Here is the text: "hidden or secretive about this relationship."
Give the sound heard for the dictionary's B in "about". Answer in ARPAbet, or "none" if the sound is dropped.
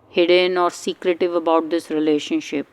B